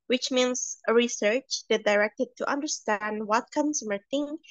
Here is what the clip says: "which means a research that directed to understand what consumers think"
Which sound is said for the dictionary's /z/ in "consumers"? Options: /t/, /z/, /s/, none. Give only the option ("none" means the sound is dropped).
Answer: none